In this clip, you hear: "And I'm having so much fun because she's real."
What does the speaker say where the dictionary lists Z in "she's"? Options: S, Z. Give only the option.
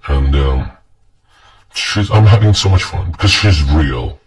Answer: Z